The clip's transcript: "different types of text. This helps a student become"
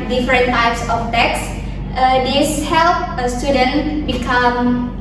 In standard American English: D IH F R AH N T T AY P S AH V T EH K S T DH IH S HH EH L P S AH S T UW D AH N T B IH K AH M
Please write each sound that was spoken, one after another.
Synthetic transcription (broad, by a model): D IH F R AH N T T AY P S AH F T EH K S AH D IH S HH EH L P AH S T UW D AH N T B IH K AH M